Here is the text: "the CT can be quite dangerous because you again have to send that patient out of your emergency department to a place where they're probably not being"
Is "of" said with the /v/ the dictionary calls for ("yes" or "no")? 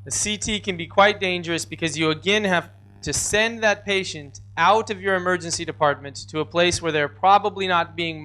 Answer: yes